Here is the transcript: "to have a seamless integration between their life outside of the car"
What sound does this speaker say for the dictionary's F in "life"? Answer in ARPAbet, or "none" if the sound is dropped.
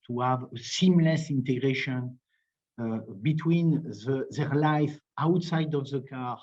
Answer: F